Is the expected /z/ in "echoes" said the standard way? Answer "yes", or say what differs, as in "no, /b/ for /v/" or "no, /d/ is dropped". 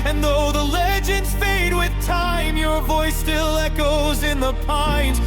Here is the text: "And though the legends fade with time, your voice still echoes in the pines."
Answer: yes